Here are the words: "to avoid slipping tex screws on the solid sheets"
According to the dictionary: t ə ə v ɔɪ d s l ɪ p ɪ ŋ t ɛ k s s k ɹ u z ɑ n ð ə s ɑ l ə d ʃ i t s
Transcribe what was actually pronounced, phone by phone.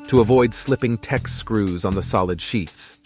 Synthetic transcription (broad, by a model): t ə ə v ɔɪ d s l ɪ p ɪ ŋ t ɛ k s s k ɹ u z n ð ə s ɑ l ə d ʃ i t s